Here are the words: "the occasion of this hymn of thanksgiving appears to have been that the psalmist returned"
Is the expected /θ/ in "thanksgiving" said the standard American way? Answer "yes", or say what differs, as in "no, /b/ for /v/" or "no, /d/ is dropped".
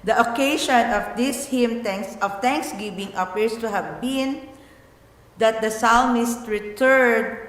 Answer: no, /t/ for /θ/